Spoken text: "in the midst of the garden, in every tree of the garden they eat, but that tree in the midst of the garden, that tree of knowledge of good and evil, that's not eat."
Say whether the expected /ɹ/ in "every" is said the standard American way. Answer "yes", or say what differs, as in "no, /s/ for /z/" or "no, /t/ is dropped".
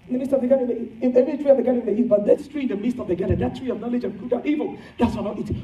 no, /ɹ/ is dropped